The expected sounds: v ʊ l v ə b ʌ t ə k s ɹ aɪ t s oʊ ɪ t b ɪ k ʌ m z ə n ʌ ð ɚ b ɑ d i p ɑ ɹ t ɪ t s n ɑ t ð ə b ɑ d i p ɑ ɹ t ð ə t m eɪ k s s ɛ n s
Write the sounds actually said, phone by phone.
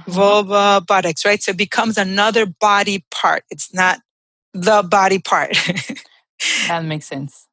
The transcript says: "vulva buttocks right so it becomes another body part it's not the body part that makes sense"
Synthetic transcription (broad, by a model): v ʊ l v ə b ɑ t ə k s ɹ aɪ t s oʊ ɪ t b ɪ k ʌ m z ə n ʌ ð ɚ b ɑ d i p ɑ ɹ t ɪ t s n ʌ t ð ə b ɑ d i p ɑ ɹ t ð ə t m eɪ k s s ɛ n s